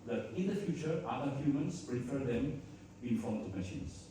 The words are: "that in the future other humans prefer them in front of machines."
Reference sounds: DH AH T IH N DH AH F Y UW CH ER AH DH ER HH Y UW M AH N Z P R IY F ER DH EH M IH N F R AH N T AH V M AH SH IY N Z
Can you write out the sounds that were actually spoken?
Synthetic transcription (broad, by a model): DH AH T IH N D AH F Y UW CH ER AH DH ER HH Y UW M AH N S P R IY F ER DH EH M IH N F AO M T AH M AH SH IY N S